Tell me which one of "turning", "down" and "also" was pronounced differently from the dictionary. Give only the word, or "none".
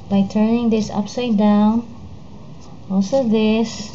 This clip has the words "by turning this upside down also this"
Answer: none